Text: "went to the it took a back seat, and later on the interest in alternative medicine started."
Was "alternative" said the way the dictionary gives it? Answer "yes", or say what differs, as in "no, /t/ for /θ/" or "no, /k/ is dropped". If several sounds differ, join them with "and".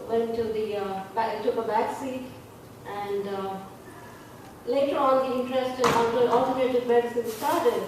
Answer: no, /n/ is dropped